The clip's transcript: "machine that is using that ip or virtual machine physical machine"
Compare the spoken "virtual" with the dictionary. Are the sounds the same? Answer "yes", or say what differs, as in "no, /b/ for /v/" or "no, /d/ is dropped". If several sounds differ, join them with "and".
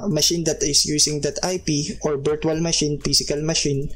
no, /b/ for /v/